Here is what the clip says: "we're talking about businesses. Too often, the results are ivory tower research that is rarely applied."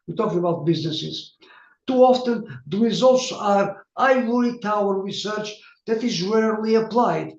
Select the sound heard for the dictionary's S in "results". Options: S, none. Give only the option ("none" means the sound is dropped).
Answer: S